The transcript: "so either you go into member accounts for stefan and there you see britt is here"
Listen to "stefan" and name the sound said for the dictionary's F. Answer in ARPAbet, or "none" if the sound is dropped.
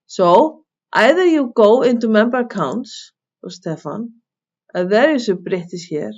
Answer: F